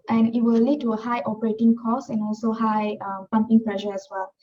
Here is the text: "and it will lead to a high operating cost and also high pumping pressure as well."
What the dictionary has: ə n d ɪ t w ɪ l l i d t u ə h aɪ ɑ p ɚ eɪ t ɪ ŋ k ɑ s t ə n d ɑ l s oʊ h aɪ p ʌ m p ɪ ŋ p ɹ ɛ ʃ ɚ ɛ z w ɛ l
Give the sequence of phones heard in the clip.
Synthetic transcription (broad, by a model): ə n ɪ t w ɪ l l i d t u ə h aɪ ɑ p ɚ eɪ t ɪ ŋ k ɑ s ə n ɑ l s oʊ h aɪ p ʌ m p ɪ ŋ p l ɛ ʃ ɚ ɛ s w ɛ l